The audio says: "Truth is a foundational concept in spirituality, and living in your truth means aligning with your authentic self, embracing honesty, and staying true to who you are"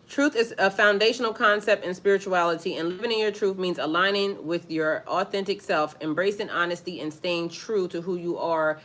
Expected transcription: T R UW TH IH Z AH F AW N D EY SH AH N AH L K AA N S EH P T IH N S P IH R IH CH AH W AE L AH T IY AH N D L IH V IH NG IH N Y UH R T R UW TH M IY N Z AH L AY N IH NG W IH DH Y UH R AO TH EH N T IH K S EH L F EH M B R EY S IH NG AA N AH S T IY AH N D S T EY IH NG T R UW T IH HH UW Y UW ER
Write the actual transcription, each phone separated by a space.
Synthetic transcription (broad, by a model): T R UW TH IH Z AH F AW N D EY SH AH N L K AA N S EH P T IH N S P IH R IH CH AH AE L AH T IY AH N L IH V IH NG IH N Y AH R T R UW TH M IY N Z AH L AY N IH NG W IH DH Y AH R AO TH EH N T IH K S EH L F EH M B R EY S IH NG AA N AH S T IY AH N S T EY IH NG T R UW T IH HH UW Y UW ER